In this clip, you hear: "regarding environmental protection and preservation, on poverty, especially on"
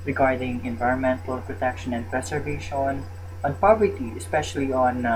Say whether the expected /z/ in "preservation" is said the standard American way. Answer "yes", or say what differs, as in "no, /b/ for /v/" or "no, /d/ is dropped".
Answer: no, /s/ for /z/